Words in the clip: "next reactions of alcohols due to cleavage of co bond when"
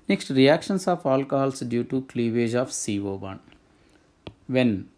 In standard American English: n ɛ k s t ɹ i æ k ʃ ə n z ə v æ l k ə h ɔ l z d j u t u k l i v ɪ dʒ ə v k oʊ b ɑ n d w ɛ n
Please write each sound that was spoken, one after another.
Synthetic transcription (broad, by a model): n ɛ k s t ɹ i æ k ʃ ə n s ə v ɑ l k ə h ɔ l s d j u t u k l i v ɪ dʒ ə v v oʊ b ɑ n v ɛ n